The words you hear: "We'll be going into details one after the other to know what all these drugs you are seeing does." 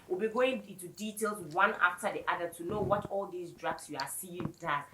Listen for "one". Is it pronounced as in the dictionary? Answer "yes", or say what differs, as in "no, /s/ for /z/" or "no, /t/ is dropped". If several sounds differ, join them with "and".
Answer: yes